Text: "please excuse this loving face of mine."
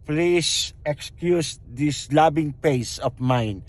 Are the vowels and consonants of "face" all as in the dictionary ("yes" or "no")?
no